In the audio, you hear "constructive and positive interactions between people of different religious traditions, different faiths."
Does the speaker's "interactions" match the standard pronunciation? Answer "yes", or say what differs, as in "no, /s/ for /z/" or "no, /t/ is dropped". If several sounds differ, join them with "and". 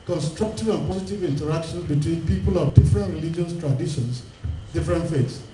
no, /z/ is dropped